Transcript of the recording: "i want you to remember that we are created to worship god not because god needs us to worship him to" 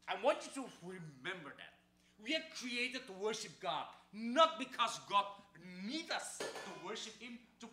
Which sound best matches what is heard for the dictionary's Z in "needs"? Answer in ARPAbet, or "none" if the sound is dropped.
none